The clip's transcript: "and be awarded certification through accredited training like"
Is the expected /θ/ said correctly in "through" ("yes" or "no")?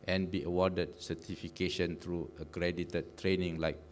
no